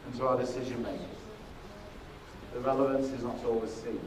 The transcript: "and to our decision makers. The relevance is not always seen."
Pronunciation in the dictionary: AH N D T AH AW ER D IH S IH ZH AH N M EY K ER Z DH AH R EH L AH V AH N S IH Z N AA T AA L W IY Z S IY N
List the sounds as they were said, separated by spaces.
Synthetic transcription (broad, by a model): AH N T AH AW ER D IH S IH ZH AH N M EY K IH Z DH AH R EH L AH V AH N S IH Z N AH T AA L W IY Z S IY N